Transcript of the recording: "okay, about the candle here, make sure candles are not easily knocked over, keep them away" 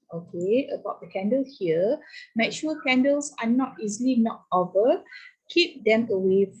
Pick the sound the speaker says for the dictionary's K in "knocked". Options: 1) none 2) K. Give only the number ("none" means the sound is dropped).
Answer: 1